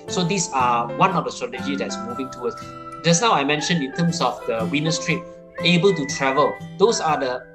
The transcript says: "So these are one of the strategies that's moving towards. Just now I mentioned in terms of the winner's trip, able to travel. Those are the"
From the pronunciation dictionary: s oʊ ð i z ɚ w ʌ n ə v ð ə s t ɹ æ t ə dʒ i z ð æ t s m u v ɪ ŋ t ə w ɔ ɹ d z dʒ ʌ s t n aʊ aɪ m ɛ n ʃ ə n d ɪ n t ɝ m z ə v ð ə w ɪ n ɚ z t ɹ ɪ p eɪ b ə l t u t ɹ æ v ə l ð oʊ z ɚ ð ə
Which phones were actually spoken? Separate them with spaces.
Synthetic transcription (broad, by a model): s oʊ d i s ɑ w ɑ n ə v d ə s t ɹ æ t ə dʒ i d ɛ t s m u v ɪ ŋ t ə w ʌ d s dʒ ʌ s n aʊ aɪ m ɛ n ʃ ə n ɪ n t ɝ m s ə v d ə w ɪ n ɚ s t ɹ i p eɪ b ə l t u t ɹ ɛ v ə l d oʊ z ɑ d ə